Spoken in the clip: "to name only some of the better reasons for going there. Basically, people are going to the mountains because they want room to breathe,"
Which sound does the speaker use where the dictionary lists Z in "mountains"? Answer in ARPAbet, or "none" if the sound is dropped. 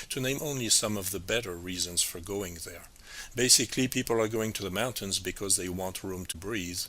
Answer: Z